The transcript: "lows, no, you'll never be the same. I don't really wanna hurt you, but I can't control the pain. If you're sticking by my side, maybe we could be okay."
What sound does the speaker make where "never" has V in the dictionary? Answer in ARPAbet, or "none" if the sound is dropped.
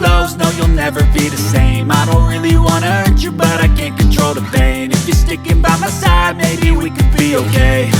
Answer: V